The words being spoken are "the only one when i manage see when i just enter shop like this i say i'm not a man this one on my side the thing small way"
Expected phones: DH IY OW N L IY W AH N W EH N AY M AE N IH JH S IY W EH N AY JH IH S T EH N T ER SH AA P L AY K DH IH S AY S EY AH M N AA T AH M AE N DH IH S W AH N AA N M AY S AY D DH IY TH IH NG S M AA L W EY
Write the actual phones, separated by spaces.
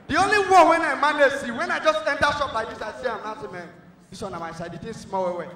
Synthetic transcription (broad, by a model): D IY OW N L IY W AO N W EH N AY M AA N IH S IY W EH N AY JH IH S T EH N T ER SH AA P L AY K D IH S AY S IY AH M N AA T AH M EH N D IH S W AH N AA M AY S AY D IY T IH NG S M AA W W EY